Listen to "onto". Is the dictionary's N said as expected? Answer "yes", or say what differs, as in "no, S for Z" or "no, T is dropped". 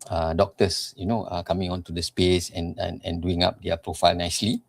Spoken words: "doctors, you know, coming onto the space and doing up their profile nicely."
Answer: yes